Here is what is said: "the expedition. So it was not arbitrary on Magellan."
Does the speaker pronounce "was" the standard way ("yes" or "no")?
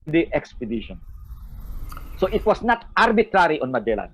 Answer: no